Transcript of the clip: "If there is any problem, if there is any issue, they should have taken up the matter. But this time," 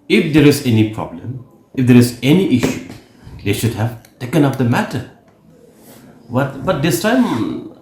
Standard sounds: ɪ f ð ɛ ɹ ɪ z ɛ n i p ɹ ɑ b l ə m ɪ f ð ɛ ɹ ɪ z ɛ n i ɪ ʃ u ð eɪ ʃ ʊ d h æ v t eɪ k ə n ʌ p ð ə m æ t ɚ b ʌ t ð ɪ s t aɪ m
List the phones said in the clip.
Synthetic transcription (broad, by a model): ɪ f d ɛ ɹ ɪ z ɛ n i p ɹ ɑ b l ə m ɪ f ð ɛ ɹ ɪ z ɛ n i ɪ ʃ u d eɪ ʃ ʊ d h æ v t eɪ k ə n ʌ p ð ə m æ t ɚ b ʌ t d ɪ s t aɪ m